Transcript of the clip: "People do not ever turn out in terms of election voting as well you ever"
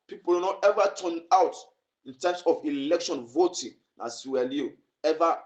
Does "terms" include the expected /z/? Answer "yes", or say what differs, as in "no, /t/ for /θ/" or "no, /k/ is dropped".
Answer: no, /s/ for /z/